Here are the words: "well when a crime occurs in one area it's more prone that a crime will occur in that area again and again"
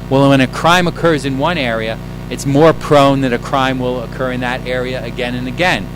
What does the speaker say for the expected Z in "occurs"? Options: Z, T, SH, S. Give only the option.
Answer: Z